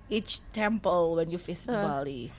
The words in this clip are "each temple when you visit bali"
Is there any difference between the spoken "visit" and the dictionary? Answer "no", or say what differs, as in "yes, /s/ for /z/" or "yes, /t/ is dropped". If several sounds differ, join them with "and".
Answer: yes, /f/ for /v/